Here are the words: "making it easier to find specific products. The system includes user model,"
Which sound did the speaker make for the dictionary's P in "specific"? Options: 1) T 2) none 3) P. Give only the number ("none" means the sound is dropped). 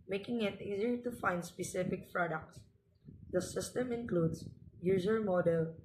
3